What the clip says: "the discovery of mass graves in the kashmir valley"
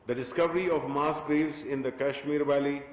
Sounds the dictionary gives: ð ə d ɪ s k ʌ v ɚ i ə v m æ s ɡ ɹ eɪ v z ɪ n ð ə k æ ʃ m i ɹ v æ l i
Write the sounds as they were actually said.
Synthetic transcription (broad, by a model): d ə d ɪ s k ʌ v ɚ i ə v m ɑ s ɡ ɹ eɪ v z ɪ n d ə k æ ʃ m i ɹ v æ l i